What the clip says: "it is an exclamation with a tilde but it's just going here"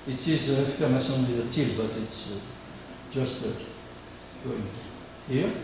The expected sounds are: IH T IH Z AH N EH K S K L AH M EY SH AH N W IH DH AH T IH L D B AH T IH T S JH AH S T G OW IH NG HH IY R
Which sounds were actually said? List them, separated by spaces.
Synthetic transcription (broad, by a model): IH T IH Z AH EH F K AH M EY S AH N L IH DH AH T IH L B AH T IH T S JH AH S T G OW IH NG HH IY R